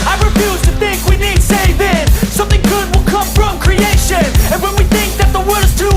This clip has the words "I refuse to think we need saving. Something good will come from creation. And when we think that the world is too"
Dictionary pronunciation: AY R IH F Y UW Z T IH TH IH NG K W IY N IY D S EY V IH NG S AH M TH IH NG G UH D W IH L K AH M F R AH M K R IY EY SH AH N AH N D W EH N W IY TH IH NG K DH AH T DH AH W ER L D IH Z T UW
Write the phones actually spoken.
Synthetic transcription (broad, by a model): AY R IH F Y UW Z T IH TH IH NG K W IY N IY D S EY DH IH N S AH M TH IH NG G UH D W IH L K AH M F R AH M K R IY EY SH AH N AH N W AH N W IY TH IH NG K DH AH T DH AH W ER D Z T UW